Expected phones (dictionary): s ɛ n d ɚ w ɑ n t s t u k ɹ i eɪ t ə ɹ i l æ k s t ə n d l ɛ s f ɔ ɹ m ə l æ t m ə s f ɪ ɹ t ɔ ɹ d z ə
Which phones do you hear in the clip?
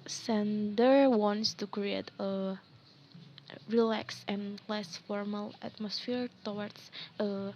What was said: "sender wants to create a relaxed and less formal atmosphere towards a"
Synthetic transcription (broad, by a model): s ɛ n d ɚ w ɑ n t s t u k ɹ i eɪ t ə ɹ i l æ k s ə n l ɛ s f ɔ ɹ m ə l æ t m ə s f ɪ ɹ t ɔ w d s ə